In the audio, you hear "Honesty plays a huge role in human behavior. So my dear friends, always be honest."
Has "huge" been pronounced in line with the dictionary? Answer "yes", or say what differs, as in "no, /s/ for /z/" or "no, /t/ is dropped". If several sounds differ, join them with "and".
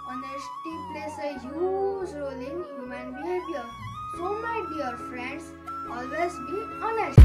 no, /z/ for /dʒ/